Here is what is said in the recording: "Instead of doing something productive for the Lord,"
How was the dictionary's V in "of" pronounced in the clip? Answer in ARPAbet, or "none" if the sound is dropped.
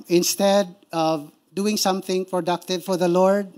V